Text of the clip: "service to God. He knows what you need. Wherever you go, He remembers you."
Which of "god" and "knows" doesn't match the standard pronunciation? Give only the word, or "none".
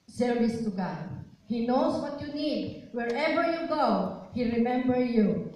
knows